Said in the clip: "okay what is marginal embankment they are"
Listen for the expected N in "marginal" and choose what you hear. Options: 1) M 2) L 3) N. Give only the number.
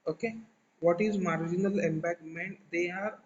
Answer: 3